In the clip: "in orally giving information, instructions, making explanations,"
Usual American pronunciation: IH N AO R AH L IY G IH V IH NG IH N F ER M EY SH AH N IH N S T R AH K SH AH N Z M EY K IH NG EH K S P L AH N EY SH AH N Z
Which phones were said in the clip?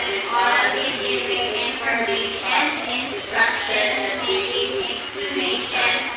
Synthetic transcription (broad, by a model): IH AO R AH IY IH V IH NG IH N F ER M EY AH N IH N S T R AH K SH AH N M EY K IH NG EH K S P L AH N EY SH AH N